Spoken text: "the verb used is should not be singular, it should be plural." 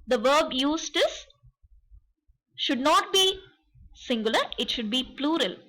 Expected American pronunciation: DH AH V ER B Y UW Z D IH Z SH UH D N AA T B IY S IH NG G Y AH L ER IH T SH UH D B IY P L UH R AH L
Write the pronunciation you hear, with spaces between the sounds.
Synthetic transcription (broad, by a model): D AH V ER B Y UW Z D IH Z SH UH D N AA T B IY S IH NG G Y AH L ER IH T SH UH D B IY P L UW R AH L